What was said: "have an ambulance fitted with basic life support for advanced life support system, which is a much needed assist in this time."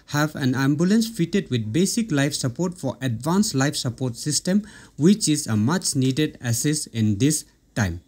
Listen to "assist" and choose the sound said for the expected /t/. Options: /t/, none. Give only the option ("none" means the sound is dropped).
none